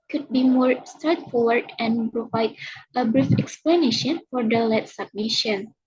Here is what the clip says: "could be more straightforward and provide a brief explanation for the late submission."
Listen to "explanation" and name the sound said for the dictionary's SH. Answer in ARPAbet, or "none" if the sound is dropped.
SH